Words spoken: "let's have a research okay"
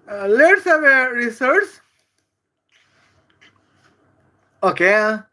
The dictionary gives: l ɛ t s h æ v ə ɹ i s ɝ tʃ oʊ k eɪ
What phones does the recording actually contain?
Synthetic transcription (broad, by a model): l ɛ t s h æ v ə ɹ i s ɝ s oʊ k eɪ